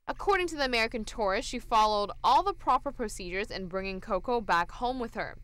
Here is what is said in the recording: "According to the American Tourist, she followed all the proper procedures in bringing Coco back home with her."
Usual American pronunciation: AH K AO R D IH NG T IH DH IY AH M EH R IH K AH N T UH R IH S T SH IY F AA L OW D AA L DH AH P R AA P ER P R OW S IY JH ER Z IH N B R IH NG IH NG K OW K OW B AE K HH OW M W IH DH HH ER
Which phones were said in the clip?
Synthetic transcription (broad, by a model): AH K AO R D IH NG T IH DH IY AH M EH R IH K AH N T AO R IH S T SH IY F AA L OW D AA L DH AH P R AA P ER P R OW S IY JH ER Z IH N B R IH NG IH NG K OW K OW B AE K HH OW M W IH DH ER